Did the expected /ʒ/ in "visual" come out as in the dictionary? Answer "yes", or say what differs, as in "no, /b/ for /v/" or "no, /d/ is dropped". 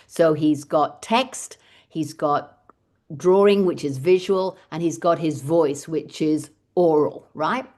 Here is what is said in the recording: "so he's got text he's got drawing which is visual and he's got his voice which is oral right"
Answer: yes